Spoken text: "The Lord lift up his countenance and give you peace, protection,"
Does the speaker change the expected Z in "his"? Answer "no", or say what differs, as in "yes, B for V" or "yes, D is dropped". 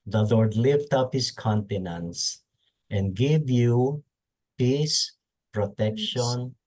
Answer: yes, S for Z